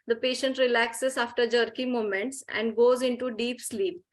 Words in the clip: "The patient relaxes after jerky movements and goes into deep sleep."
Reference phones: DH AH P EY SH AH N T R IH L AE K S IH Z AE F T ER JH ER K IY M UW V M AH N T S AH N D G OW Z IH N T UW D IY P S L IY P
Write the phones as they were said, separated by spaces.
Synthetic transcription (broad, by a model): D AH P EY SH AH N T R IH L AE K S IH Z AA F T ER JH ER K IY M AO M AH N T S AH N D G OW Z IH N T UW D IY P S L IY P